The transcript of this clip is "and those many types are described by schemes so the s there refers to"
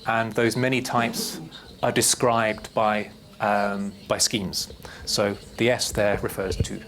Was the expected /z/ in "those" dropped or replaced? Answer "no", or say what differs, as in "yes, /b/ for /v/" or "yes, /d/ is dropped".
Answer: no